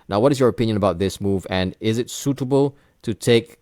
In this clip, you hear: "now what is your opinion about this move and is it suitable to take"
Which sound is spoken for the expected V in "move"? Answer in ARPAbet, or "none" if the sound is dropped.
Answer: V